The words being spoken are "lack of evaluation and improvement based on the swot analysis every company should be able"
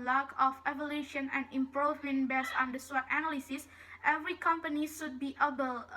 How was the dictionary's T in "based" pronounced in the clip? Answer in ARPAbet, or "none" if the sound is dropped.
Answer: none